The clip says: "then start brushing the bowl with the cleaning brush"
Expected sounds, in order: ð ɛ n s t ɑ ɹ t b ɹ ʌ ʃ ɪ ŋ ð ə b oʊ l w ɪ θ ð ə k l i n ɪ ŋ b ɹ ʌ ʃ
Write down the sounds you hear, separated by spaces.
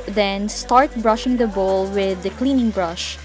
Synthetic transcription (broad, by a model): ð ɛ n s t ɑ ɹ t b ɹ ʌ ʃ ɪ ŋ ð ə b oʊ l w ɪ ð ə k l i n ɪ ŋ b ɹ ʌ ʃ